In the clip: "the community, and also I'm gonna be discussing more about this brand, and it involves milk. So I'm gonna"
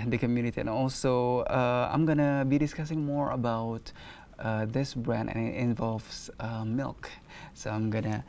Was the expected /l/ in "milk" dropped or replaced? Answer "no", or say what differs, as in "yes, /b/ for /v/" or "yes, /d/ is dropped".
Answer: no